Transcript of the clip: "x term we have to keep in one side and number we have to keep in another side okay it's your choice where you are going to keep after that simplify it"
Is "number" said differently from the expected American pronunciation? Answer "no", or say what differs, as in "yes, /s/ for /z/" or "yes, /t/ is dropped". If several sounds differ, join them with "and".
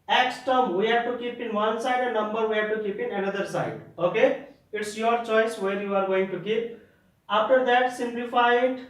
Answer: no